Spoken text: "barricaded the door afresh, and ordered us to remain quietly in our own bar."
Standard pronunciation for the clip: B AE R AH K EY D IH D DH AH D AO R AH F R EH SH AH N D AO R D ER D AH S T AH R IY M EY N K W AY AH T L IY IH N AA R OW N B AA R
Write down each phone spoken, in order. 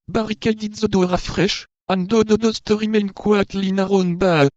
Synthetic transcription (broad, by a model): B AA R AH K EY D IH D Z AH D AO R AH F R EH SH AH N D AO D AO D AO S T AH R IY M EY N K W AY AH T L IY N AA R OW N B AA